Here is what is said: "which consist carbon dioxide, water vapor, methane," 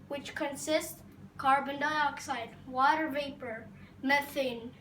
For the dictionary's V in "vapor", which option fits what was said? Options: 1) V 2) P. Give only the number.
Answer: 1